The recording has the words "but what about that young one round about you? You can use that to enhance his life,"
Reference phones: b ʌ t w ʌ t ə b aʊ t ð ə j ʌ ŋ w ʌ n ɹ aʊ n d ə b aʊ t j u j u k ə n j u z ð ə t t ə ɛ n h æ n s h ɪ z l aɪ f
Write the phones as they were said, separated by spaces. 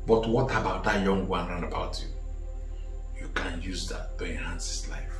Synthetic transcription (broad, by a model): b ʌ t w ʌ t ə b aʊ t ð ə j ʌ ŋ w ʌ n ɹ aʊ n ə b aʊ t j u j u k ə n j u z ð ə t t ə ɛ n h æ n s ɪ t l aɪ f